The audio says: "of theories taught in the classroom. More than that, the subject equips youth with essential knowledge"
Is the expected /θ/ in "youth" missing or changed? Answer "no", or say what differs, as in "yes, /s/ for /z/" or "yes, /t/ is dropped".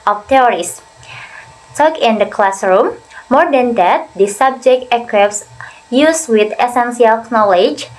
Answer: yes, /s/ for /θ/